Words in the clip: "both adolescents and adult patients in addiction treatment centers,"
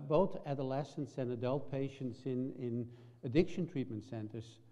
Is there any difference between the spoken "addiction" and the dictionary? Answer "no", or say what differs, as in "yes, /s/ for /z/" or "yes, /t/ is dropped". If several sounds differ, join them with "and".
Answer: no